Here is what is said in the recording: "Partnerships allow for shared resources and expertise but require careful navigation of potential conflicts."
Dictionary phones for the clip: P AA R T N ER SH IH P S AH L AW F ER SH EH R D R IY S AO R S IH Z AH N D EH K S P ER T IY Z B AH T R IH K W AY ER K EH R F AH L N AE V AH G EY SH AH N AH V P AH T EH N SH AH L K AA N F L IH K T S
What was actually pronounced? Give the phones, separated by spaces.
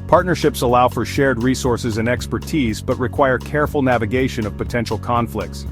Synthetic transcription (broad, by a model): P AA R T N ER SH IH P S AH L AW F ER SH EH R D R IY S AO R S IH Z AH N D EH K S P ER T IY Z B AH T R IH K W AY ER K EH R F L N AE V AH G EY SH AH N AH V P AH T EH N SH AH L K AA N F L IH K T S